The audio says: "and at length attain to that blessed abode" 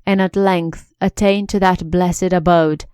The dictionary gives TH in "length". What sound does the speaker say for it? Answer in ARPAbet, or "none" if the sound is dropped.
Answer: TH